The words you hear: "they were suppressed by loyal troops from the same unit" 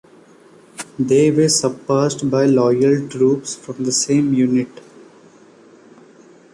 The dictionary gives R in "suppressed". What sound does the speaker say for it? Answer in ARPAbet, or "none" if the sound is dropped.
none